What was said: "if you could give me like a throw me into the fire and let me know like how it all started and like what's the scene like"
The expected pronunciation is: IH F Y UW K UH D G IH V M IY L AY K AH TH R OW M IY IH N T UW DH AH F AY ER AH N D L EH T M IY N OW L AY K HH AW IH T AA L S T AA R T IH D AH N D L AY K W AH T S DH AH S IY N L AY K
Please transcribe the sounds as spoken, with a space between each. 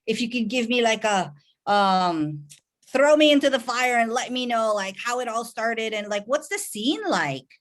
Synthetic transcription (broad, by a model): IH F Y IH K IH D G IH V M IY L AY K AH TH R OW M IY IH N T UW DH AH F AY ER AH N L EH T M IY N OW L AY K HH AW IH T AA L S T AA R T IH D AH N L AY K W AH T S DH AH S IY N L AY K